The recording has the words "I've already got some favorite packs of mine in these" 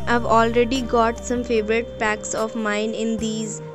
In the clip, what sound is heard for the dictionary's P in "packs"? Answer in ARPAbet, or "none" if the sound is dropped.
P